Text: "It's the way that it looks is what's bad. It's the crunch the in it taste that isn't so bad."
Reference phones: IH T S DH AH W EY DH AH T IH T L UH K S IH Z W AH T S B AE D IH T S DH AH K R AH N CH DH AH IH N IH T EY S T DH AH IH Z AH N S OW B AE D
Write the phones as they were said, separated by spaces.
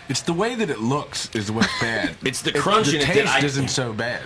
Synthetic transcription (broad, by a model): IH T S DH AH W EY DH AH T IH T L UH K S IH Z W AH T B AE D IH T S DH AH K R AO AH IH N IH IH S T IH Z AH N S OW B AE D